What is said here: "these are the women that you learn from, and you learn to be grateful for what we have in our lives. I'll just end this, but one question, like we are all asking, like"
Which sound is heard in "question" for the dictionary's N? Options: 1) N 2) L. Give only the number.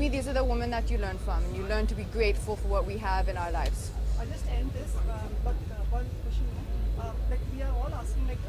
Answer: 2